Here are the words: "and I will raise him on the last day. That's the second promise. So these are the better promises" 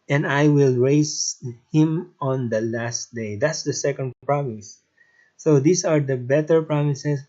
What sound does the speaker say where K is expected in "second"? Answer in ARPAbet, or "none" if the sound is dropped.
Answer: K